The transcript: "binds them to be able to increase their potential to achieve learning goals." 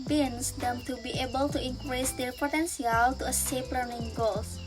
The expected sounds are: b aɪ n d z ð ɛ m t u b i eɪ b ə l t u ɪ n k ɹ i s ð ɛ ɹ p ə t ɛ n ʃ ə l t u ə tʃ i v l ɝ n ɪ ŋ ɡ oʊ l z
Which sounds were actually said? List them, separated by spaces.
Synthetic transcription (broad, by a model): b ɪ n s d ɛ m t u b i eɪ b ə l t u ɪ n k ɹ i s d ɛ ɹ p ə t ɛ n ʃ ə l t u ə s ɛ p l ɝ n ɪ ŋ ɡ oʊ l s